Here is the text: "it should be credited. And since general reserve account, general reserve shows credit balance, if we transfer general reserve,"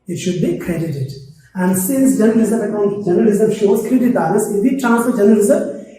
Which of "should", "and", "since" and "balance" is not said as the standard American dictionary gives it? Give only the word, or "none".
balance